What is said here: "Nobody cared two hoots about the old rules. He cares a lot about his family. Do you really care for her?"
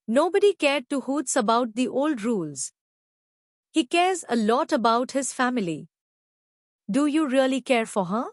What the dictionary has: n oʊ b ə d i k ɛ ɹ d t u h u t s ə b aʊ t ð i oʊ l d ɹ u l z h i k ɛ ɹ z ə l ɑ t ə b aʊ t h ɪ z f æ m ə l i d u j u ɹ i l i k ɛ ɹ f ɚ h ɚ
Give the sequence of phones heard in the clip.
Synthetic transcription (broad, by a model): n oʊ b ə d i k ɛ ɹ d t u h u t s ə b aʊ t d i oʊ l d ɹ u l z h i k ɛ ɹ z ə l ɑ t ə b aʊ t h ɪ z f æ m ə l i d u j u ɹ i l i k ɛ ɹ f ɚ h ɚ